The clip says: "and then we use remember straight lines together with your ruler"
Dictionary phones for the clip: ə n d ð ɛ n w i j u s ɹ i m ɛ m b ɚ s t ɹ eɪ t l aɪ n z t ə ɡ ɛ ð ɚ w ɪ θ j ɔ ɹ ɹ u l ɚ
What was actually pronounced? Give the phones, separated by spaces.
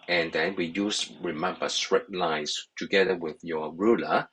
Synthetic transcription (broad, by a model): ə n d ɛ n w i j u s ɹ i m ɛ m b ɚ s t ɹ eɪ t l aɪ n s t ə ɡ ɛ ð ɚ w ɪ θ j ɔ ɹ ɹ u l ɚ